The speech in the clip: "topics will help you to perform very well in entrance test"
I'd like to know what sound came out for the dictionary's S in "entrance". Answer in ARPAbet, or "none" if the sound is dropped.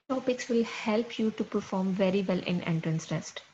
S